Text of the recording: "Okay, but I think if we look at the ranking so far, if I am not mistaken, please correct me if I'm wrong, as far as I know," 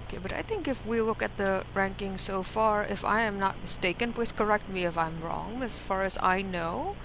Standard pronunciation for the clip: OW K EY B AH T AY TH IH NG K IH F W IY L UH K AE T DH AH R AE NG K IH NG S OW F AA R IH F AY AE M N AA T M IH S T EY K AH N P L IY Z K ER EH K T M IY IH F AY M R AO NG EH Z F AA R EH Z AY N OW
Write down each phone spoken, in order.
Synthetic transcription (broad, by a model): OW K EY B AH T AY TH IH NG K IH F W IY L UH K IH T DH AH R AE NG K IH NG S OW F AA R IH F AY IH M N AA T M IH S T EY K AH N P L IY S K ER EH K T M IY IH F AY M R AO NG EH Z F AA R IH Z AY N OW